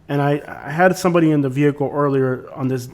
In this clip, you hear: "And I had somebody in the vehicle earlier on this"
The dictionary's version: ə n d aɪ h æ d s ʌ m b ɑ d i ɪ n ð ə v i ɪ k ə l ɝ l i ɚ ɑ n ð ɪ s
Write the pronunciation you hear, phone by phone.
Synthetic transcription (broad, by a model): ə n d aɪ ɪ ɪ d s ʌ m b ɑ d i ɪ n ð ə v i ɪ k l ɝ l i ɚ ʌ n ð ɪ s